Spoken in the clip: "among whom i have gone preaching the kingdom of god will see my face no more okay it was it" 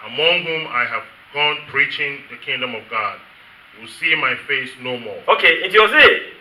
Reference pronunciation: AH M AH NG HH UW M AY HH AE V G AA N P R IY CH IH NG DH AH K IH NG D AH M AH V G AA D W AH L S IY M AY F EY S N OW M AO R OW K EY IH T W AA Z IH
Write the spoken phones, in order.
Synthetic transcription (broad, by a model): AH M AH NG HH UW M AY HH AE V G AA N P R IY CH IH NG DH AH K IH NG D AH M AH V G AA D W AH L S IY M AY F EY S N OW M AO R OW K EY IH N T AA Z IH